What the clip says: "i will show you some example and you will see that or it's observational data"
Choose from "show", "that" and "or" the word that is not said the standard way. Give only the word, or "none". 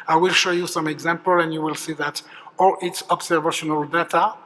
or